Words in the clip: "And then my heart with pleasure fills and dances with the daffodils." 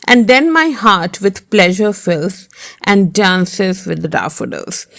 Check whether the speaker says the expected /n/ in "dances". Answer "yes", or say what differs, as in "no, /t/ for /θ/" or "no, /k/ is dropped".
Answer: yes